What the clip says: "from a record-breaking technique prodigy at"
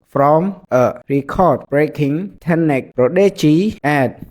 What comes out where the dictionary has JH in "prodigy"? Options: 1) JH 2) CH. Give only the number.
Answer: 2